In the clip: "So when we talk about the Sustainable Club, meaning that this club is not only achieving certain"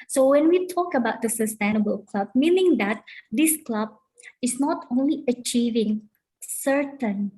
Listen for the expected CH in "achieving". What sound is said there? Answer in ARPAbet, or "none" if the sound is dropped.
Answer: CH